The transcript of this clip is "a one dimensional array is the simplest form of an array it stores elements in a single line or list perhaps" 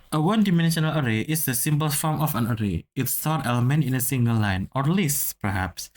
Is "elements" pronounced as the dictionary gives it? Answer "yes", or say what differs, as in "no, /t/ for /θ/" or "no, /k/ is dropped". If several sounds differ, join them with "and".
no, /s/ is dropped